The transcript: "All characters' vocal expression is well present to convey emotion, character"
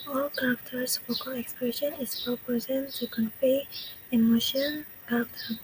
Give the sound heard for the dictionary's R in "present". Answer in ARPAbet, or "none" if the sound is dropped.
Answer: none